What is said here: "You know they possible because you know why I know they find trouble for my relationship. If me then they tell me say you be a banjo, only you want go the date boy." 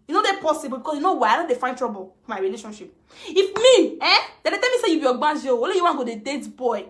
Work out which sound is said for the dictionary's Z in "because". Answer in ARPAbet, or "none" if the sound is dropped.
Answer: S